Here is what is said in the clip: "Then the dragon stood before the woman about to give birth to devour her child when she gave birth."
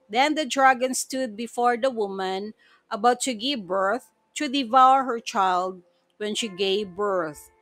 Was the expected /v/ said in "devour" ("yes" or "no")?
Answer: yes